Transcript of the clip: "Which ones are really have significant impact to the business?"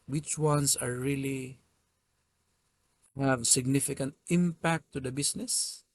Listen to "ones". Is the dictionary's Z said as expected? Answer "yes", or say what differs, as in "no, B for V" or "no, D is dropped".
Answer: no, S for Z